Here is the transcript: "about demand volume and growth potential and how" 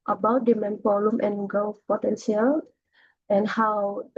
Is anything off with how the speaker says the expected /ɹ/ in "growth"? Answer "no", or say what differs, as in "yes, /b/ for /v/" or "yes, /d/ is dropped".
yes, /ɹ/ is dropped